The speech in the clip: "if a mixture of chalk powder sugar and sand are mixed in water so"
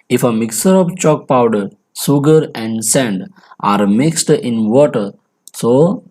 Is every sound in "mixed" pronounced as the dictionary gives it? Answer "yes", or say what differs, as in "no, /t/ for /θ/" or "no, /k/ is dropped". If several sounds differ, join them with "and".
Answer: yes